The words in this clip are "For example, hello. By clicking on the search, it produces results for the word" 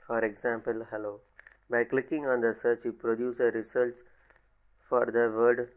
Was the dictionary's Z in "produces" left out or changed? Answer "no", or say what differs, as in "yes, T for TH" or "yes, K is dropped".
yes, Z is dropped